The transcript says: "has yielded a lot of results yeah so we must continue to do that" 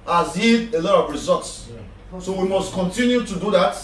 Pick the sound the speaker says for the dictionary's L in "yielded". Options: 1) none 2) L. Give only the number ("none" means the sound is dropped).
1